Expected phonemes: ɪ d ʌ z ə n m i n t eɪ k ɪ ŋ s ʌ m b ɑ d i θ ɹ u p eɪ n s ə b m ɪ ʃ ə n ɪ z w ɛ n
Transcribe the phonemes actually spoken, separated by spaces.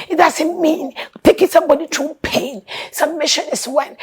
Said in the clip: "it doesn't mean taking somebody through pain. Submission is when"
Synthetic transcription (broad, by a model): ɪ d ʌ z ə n m i n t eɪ k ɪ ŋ s ʌ m b ɑ d i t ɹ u p eɪ n s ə m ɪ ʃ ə n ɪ s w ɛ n